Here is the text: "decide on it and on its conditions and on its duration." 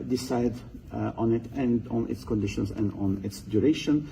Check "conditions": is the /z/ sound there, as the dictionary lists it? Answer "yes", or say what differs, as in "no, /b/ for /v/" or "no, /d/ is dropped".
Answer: no, /s/ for /z/